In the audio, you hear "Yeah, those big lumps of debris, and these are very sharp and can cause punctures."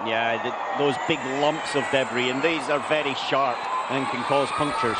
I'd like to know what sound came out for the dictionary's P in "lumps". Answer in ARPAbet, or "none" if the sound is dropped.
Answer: P